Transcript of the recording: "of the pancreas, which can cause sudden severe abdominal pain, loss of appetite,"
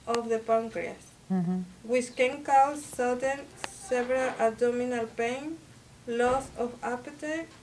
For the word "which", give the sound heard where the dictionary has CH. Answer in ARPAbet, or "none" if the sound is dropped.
S